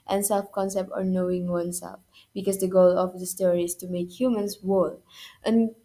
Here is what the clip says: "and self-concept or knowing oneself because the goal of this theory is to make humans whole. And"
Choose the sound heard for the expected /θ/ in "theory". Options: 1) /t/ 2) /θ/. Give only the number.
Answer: 1